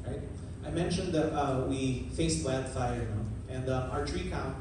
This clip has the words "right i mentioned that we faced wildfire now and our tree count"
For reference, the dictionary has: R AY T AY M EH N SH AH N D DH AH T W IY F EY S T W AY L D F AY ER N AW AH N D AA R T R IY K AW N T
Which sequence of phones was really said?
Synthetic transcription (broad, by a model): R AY T AY M EH N SH AH N D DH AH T W IY F EY S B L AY D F AY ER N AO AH N D AA R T R IY K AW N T